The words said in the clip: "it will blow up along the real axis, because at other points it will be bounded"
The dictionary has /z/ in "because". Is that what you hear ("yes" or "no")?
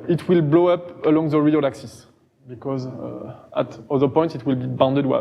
yes